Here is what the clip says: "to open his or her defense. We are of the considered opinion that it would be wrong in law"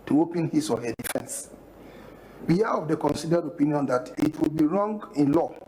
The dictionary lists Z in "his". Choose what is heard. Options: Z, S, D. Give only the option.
S